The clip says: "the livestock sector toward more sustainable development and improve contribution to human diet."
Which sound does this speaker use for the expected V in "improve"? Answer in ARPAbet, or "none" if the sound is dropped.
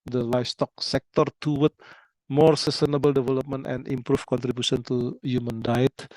F